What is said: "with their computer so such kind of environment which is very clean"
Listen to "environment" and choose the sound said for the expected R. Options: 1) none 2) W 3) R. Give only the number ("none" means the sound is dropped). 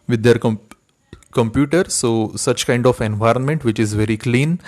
3